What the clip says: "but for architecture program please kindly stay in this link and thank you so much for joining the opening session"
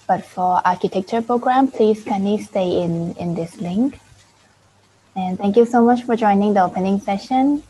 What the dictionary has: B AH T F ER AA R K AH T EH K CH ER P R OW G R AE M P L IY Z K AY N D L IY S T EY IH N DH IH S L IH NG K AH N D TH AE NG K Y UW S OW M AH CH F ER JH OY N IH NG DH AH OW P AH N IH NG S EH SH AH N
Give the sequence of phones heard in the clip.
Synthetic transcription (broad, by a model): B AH T F ER AA R K AH T EH K CH ER P R OW G R AE M P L IY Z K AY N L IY S T EY IH N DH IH S L IH NG K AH N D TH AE NG K Y UW S OW M AH CH F ER JH OY N IH NG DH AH OW P AH N IH NG S EH SH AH N